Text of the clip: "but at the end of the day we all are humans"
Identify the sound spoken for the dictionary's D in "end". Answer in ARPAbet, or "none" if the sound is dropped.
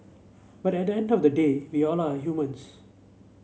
D